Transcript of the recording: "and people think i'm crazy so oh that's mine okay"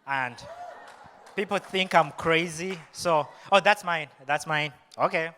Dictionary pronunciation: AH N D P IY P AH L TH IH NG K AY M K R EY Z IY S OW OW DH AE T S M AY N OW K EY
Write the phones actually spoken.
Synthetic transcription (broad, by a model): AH N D P IY P L TH IH NG K AY M K R EY Z IY S OW OW DH AE T S M AY N OW K EY